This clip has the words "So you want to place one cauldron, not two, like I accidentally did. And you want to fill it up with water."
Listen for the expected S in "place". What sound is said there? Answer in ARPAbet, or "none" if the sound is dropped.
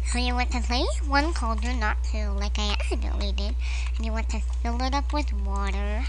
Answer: none